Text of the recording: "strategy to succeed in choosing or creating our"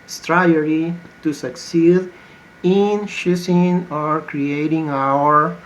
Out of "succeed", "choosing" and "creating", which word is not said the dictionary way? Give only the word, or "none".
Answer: choosing